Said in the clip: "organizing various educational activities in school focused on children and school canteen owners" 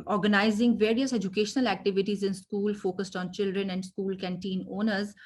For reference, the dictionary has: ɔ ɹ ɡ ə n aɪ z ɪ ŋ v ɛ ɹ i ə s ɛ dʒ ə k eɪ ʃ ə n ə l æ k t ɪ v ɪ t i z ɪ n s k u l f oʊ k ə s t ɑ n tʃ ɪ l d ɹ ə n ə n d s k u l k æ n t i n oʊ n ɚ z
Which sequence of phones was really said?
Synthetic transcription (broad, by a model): ɔ ɹ ɡ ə n aɪ z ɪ ŋ v ɛ ɹ i ə s ɛ dʒ ə k eɪ ʃ ə n ə l æ k t ɪ v ɪ t i z ɪ n s k u l f oʊ k ə s t ɑ n tʃ ɪ l d ɹ ə n ə n d s k u l k æ n t i n oʊ n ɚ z